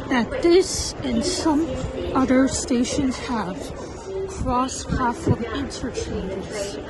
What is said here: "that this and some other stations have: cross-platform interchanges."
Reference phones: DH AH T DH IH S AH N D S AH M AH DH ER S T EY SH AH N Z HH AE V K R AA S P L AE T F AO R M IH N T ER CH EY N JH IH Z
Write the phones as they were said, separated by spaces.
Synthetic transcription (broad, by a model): DH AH T DH IH S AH N S AH M AH DH ER S T EY SH AH N Z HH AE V K R AA S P AE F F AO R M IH N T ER CH EY N JH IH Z